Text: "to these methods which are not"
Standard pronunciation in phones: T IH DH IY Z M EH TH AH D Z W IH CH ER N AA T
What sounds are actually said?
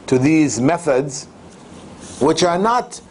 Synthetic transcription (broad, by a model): T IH DH IY Z M EH TH AH D Z W IH CH ER N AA T